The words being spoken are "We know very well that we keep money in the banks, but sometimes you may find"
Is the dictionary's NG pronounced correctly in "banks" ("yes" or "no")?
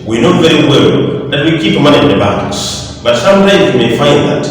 no